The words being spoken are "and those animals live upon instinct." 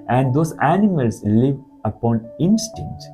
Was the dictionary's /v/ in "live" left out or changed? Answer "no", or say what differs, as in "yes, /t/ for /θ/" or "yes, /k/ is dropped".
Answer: no